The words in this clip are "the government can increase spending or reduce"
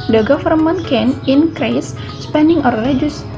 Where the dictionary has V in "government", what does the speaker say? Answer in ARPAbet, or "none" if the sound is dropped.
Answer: F